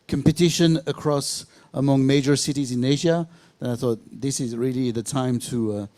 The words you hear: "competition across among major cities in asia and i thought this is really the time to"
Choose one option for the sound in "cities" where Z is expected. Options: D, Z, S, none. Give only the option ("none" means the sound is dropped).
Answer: Z